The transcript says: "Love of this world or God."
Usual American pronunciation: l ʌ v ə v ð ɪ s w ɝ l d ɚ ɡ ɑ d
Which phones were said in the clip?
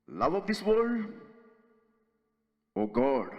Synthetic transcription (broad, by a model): l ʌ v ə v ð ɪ s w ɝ d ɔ ɡ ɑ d